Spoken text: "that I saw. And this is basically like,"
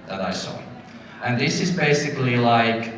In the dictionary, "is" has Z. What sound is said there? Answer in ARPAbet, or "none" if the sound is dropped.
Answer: Z